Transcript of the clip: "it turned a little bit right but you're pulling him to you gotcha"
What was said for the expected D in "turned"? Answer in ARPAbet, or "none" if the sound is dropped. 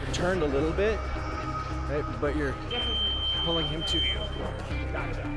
D